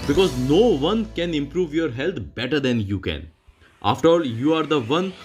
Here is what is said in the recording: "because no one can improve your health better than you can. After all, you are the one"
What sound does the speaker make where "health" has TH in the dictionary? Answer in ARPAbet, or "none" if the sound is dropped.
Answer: T